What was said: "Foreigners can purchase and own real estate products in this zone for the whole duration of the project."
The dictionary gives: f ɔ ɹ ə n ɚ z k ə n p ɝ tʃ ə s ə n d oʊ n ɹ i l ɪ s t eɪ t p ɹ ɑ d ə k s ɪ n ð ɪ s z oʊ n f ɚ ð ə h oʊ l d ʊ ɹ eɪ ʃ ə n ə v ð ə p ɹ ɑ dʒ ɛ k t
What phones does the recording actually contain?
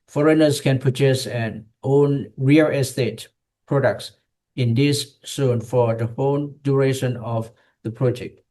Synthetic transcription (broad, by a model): f ɔ ɹ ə n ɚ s k ə n p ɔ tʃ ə s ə n oʊ n ɹ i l ɪ s t eɪ t p ɹ ɑ d ə k s ɪ n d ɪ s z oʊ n f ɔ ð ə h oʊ n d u ɹ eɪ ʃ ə n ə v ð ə p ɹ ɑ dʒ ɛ k t